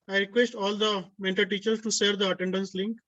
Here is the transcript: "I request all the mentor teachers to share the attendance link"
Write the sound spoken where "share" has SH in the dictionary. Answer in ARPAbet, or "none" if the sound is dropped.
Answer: S